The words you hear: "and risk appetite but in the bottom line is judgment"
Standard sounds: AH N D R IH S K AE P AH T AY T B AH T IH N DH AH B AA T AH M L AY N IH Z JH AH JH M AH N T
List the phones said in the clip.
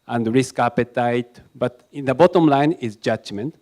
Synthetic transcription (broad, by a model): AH N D R IH S K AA P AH T AY T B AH T IH N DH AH B AA T AH M L AY N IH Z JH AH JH M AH N T